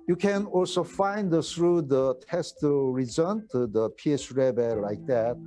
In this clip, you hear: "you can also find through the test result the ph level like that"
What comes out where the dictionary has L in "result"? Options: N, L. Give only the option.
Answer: N